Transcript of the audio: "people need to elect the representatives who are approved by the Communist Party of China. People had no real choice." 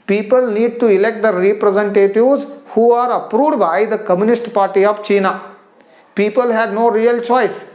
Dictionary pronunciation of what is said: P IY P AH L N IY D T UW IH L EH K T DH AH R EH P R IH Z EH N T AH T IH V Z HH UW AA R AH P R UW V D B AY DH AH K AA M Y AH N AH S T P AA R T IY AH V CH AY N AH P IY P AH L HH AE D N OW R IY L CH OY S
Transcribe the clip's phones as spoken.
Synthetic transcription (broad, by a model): P IY P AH L N IY D T UW IH L EH K T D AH R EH P R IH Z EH N T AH T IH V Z HH UW AA R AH P R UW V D B AY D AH K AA M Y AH N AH S T P AA R T IY AH V CH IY N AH P IY P AH L HH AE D N OW R IY L CH OY S